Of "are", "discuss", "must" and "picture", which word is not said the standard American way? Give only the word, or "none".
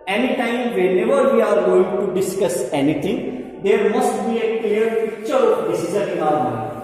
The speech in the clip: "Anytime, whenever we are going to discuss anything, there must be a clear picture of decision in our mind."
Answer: picture